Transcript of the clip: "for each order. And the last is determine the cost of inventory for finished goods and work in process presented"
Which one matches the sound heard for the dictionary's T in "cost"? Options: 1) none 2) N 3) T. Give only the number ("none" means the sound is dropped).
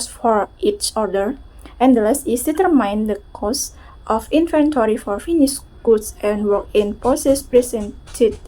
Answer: 3